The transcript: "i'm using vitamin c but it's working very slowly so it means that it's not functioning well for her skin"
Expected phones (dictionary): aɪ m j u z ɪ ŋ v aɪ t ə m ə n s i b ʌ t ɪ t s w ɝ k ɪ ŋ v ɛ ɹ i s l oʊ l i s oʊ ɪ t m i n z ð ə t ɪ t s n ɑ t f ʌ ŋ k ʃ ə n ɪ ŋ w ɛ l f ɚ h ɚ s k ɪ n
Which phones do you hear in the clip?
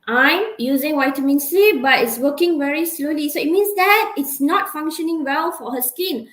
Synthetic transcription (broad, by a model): aɪ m j u z ɪ ŋ w aɪ t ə m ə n s i b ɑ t ɪ t s w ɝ k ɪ ŋ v ɛ ɹ i s l oʊ l i s oʊ ɪ t m i n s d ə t ɪ t s n ɑ t f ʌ ŋ k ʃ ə n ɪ ŋ w ɛ l f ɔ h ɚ s k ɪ n